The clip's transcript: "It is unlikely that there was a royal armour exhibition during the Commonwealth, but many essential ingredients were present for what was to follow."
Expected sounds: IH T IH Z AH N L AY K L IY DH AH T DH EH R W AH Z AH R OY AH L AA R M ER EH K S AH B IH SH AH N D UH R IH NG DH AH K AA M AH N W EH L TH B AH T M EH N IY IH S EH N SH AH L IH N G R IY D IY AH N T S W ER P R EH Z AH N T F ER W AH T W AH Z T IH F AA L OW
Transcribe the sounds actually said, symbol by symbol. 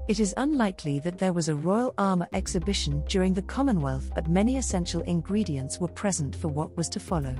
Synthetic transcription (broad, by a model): IH T IH Z AH N L AY K L IY DH AH T DH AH R W AH Z AH R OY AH L AA R M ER EH K S AH B IH SH AH N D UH R IH NG DH AH K AA M AH N W EH L TH B AH T M EH N IY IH S EH N SH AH L IH N G R IY D IY AH N T S W ER P R EH Z AH N T F ER W AH T W AH Z T IH F AA L OW